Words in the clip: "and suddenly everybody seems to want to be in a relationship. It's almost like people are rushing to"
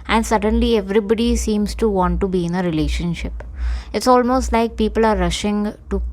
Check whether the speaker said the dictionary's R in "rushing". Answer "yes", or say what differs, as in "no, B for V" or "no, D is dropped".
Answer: yes